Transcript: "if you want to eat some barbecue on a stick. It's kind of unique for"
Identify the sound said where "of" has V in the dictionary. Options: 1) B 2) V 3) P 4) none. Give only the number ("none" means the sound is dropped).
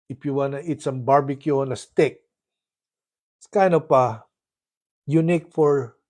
3